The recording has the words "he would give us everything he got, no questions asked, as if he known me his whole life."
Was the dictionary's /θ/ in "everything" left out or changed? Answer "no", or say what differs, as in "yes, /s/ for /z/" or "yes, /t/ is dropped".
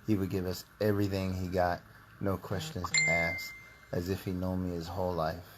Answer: no